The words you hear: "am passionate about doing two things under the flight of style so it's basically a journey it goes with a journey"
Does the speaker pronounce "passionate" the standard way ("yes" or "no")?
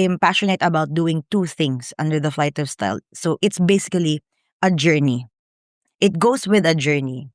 yes